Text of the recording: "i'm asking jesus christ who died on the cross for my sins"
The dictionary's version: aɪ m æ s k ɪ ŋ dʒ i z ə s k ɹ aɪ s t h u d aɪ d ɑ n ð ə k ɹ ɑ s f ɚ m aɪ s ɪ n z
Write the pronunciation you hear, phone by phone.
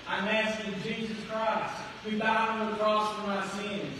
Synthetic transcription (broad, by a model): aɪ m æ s ɪ dʒ i z ə s k ɹ aɪ s t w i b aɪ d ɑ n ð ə k ɹ ɑ s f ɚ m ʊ s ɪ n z